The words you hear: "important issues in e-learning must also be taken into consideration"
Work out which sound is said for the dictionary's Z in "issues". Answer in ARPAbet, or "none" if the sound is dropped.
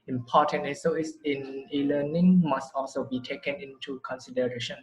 S